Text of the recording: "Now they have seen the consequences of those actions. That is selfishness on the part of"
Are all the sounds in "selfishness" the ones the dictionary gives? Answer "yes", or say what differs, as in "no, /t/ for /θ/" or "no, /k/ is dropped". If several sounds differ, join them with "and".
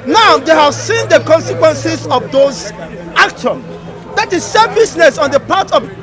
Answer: no, /l/ is dropped and /s/ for /ʃ/